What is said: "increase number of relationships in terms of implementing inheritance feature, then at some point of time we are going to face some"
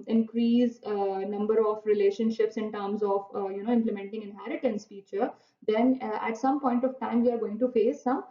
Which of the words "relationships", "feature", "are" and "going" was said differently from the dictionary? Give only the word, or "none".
feature